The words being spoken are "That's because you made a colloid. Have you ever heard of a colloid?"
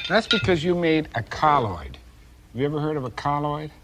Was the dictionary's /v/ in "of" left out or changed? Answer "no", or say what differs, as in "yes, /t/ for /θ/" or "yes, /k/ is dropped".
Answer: no